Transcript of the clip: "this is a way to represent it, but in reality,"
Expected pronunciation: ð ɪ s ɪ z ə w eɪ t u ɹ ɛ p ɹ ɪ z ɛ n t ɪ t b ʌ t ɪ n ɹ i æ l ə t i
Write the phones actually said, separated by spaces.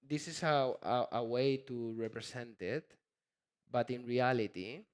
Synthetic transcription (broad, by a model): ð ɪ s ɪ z ə w eɪ t u ɹ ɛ p ɹ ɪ s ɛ n t ɪ t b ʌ t ɪ n ɹ i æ l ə t i